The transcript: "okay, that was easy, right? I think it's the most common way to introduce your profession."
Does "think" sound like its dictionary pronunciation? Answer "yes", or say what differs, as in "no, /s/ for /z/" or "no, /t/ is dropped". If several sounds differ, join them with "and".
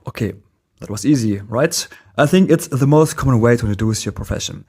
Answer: yes